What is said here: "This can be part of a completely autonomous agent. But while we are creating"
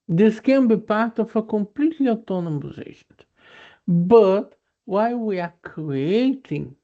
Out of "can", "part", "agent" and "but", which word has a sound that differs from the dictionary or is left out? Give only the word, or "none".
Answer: agent